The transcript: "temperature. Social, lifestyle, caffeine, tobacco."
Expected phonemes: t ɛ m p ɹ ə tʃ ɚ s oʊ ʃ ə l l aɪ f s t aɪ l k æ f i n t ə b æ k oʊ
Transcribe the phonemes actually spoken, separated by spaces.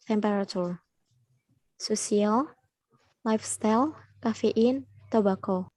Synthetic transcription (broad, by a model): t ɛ m p ɹ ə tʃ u s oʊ s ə l l aɪ f s t aɪ l k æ f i n t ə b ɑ k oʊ